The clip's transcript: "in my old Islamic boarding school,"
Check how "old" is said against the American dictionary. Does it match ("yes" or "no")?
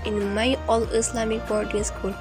no